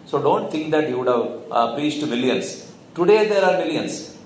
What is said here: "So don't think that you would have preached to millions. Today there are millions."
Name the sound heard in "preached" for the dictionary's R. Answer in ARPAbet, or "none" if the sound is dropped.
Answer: none